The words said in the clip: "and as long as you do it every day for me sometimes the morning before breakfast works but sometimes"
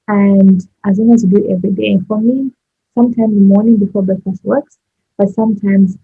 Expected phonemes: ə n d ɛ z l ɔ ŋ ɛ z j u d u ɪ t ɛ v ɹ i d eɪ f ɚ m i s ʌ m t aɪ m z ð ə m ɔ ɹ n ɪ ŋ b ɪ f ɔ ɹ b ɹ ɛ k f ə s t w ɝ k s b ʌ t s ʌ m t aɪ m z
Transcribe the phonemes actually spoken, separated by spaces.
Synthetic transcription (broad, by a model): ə n d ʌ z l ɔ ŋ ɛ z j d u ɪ t ɛ v ɹ i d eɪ f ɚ m i s ʌ m t aɪ m z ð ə m ɔ ɹ n ɪ ŋ b ɪ f ɔ ɹ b ɛ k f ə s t w ɝ k s b ʌ t s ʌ m t aɪ m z